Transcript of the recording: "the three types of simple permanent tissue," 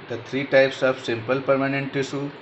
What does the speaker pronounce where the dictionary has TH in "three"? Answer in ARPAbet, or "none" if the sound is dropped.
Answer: T